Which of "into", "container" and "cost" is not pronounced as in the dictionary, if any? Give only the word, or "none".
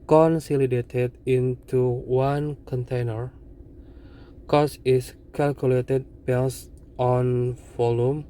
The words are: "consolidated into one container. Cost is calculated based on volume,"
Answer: cost